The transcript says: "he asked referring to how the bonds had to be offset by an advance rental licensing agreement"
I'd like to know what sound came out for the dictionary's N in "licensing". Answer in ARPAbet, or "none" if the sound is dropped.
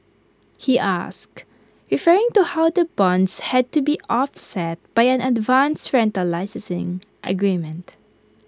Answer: none